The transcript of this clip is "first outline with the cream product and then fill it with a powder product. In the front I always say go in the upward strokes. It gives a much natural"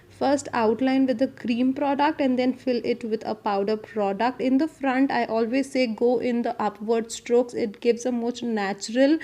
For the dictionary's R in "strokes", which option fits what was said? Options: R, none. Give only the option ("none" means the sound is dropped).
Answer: R